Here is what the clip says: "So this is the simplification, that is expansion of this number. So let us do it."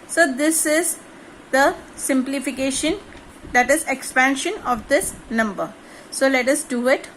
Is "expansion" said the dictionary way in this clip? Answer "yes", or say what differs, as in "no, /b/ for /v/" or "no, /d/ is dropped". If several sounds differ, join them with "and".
yes